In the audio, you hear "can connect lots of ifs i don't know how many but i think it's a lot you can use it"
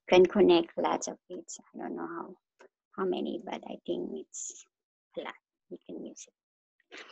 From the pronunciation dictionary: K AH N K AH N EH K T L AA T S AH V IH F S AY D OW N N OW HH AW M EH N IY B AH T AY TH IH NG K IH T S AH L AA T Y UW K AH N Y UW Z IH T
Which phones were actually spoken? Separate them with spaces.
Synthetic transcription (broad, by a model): K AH N K AH N EH K T L AA T S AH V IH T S AY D OW N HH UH HH AW M EH N IY B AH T AY T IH NG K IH T S AH L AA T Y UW K AH N Y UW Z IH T